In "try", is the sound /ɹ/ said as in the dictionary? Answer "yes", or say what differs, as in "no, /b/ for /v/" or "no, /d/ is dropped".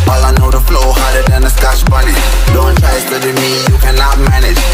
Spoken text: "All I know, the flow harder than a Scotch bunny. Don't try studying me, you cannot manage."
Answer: no, /ɹ/ is dropped